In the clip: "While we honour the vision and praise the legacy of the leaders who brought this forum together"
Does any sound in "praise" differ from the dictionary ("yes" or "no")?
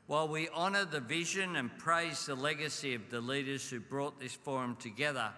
no